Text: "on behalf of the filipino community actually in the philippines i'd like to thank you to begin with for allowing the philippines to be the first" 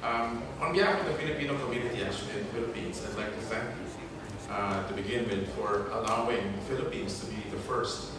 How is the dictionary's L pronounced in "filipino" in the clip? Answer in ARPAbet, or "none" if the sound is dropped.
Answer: L